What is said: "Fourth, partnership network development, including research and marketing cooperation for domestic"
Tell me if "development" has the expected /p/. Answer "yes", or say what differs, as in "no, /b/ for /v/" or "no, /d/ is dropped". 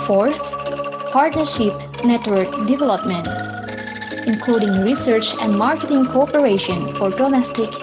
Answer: yes